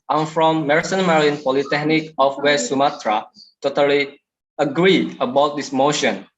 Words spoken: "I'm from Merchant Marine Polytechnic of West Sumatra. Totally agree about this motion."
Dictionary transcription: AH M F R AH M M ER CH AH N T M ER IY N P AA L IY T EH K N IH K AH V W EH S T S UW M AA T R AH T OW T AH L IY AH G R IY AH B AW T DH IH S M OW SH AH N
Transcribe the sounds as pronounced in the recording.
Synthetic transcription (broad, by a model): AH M F R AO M M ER S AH N M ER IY N P AA L IY T EH K N IH K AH F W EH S S UW M AA T R AH T OW T AH L IY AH G R IY AH B AW T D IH S M OW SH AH N